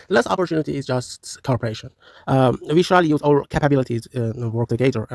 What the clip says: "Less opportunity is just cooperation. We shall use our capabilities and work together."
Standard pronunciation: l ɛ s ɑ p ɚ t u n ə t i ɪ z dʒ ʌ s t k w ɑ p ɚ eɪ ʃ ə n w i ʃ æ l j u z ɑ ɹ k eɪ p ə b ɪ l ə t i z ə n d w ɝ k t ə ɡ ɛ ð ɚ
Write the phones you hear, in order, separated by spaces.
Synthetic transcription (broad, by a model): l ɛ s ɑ p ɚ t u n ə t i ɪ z dʒ ʌ s t k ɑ p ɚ eɪ ʃ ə n w i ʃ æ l j u z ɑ l k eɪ p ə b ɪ l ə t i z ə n w ɝ k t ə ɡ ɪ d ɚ